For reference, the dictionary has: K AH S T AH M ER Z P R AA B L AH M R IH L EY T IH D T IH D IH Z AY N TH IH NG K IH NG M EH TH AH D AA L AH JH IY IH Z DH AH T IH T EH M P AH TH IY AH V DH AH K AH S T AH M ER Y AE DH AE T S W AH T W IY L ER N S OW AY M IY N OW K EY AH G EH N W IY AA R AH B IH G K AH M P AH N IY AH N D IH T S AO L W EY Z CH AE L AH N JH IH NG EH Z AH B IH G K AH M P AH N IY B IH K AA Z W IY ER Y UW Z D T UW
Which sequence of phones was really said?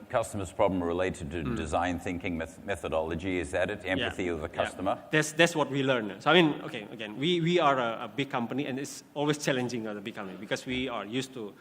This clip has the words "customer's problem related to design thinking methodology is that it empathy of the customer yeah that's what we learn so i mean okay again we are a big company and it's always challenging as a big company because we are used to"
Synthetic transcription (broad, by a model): K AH S T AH M ER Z P R AA B L AH M R IH L EY T IH D T IH D IH Z AY N TH IH NG K IH NG M EH TH AH D AA L AH JH IY IH Z DH AH T IH T EH M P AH TH IY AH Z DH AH K AH S T AH M ER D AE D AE T S W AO T W IY L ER N S OW AY M IY N OW K EY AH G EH N W IY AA R AH B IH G K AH M P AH N IY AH N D IH T S AO L W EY S CH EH L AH N JH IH NG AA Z AH B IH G K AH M P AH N IY B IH K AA S W IY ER Y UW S T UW